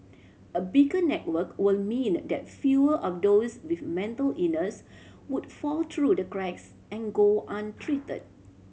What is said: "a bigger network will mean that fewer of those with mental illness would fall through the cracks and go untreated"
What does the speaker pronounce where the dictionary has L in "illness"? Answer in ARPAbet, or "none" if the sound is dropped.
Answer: none